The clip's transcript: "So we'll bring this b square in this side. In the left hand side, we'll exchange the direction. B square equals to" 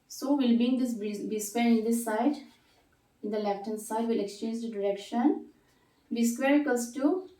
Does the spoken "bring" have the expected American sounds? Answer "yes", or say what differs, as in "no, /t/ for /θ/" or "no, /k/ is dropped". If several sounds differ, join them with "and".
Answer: no, /ɹ/ is dropped